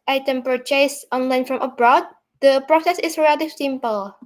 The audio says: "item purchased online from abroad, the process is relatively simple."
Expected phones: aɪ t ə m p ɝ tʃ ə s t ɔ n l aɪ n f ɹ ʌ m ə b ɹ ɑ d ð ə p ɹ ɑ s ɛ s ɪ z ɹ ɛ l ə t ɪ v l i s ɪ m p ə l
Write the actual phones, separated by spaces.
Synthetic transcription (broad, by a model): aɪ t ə m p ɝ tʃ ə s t ɔ n l aɪ n f ɹ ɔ m ə b ɹ ɑ d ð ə p ɹ ɑ s ɛ s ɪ s ɹ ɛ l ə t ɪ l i s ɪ m p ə l